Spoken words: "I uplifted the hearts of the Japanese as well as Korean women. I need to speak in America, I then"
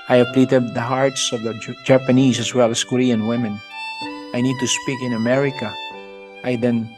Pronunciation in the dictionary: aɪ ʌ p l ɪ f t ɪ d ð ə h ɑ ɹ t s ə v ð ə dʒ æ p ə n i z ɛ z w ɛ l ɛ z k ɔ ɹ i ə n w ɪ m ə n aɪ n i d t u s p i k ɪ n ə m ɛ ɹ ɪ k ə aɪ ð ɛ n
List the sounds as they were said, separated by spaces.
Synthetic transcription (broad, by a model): aɪ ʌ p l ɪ t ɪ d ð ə h ɑ ɹ t s ə v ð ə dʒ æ p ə n i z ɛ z w ɛ l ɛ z k ɔ ɹ i ə n w ɪ m ə n aɪ n i d t u s p i k ɪ n ə m ɛ ɹ ɪ k ə aɪ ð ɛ n